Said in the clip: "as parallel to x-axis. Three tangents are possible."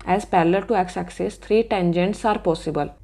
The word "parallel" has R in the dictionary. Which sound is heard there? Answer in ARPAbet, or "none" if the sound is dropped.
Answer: L